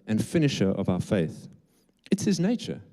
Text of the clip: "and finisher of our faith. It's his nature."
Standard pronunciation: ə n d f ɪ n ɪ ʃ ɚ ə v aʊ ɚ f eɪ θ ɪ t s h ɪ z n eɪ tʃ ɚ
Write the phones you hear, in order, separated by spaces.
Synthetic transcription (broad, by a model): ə n f ɪ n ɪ ʃ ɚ ə v aʊ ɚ f eɪ θ ɪ t s h ɪ z n eɪ tʃ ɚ